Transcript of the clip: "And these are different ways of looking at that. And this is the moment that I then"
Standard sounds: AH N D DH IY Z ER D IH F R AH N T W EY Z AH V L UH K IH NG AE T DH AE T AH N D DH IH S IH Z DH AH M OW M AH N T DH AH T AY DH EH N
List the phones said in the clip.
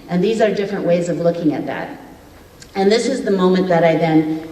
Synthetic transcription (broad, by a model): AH N DH IY Z ER D IH F R AH N T W EY Z AH V L UH K IH NG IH T DH AE T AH N DH IH S IH Z DH AH M OW M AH N DH AH T AY DH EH N